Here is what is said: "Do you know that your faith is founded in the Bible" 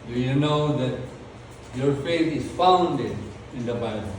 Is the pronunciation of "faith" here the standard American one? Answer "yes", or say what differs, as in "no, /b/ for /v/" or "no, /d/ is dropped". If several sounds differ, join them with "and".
no, /t/ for /θ/